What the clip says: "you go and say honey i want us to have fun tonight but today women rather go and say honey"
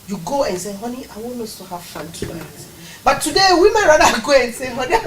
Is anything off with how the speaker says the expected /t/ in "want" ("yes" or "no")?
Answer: yes